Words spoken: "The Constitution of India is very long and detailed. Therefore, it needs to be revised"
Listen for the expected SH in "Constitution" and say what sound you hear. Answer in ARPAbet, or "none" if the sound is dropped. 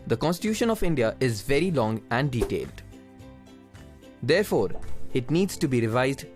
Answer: SH